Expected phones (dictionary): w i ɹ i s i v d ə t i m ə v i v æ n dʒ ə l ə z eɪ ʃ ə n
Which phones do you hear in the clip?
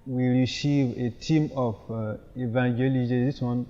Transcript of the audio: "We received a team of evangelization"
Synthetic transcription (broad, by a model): w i ɹ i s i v ə t i m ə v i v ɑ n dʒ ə l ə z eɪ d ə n